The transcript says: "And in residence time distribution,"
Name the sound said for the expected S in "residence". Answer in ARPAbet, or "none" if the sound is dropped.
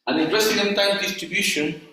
none